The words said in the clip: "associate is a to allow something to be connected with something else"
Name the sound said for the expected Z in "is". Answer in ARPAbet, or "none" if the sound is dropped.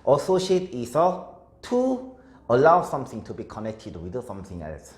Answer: S